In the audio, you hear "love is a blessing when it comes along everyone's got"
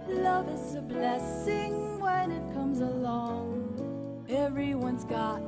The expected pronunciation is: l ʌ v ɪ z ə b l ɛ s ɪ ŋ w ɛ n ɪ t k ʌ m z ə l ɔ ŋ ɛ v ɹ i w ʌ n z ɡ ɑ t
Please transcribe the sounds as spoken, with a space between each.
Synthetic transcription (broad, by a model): l ʌ v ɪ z ə b l ɛ s ɪ ŋ w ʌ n ɪ t k ʌ m z ə l ɔ ŋ ɛ v ɹ i w ʌ n z ɡ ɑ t